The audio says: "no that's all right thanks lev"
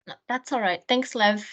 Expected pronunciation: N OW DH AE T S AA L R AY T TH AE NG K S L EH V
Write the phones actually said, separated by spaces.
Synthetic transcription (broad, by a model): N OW DH AE T S AA L R AY T TH AE NG K S L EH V